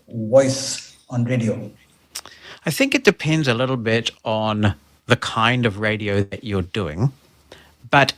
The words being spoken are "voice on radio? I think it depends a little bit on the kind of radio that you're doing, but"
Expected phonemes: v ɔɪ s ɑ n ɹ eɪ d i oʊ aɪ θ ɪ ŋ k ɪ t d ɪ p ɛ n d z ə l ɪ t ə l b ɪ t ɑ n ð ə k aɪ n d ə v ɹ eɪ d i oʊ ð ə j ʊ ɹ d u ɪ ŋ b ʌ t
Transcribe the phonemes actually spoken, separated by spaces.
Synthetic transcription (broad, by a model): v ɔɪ s ɑ n ɹ eɪ d i oʊ aɪ θ ɪ ŋ k ɪ t d ɪ p ɛ n d z ə l ɪ t l b ɪ t n ð ə k aɪ n d ə v ɹ eɪ d i oʊ ð ə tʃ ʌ ɹ d u ɪ ŋ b ʌ t